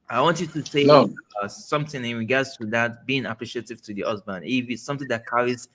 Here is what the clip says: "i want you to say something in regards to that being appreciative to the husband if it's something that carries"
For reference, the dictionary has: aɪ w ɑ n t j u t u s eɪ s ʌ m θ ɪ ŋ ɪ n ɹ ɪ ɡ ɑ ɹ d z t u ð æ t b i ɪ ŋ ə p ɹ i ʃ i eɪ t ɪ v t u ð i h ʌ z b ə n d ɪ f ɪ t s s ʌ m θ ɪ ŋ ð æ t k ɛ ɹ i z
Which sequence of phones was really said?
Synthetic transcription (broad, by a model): aɪ w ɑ n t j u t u s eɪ s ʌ m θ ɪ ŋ ɪ n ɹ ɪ ɡ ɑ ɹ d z t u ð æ t b i ɪ ŋ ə p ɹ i ʃ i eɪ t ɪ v t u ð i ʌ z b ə n ɪ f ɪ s s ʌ m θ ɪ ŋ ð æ t k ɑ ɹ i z